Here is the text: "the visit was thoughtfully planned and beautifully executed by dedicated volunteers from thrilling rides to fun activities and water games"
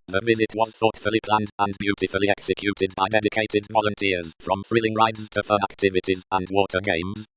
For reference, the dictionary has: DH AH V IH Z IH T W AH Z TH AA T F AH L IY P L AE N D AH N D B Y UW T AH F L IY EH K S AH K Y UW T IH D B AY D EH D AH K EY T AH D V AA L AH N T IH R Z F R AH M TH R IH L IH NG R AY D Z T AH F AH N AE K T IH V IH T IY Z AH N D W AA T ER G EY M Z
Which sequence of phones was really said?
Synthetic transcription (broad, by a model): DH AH V IH Z IH T W AH Z TH AA T F AH L IY P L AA N D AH N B Y UW T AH F L IY EH K S AH K Y UW T IH D B AY D EH D AH K EY T AH D V AA L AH N T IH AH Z F R AH M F R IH L IH NG R AY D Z T AH F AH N AE K T IH V IH T IY Z AH N W AA T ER G EY M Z